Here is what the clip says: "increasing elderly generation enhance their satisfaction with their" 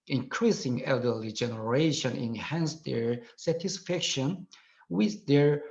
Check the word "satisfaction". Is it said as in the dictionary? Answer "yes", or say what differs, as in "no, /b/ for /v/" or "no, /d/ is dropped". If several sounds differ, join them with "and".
yes